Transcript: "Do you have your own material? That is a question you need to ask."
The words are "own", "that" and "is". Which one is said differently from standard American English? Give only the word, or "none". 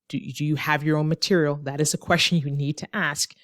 none